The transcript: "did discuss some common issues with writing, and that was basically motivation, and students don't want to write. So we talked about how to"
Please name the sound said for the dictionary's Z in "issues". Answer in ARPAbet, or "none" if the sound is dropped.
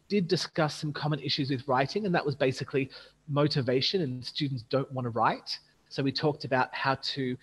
Z